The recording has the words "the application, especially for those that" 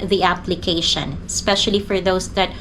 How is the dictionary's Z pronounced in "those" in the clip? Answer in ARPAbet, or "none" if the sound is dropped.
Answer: S